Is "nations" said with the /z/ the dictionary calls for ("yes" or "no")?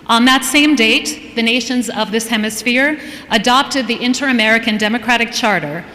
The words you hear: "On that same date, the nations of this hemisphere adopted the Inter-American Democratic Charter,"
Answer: yes